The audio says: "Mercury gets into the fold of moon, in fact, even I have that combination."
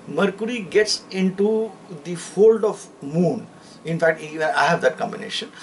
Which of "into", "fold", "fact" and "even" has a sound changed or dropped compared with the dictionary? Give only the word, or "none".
even